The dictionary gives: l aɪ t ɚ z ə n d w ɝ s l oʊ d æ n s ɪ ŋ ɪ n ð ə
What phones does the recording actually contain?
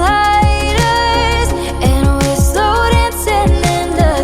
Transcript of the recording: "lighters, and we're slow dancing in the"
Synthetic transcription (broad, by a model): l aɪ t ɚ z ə n w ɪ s oʊ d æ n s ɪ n ɪ n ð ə